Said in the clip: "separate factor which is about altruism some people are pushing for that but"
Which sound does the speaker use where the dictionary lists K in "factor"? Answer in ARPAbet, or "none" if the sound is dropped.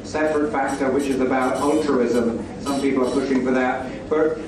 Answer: K